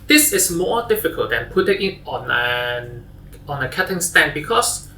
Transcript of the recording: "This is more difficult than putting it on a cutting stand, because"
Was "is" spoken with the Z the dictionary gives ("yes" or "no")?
no